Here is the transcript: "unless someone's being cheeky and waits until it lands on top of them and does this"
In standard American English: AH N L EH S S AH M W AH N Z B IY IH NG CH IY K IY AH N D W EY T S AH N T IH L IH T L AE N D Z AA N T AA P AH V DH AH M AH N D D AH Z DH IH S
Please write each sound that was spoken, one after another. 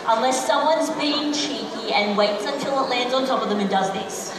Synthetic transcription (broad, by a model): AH N L EH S S AH M W AH N Z B IY IH NG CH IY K IY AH N W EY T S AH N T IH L IH T L AE N D Z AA N T AA P AH V DH AH M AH N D D AH Z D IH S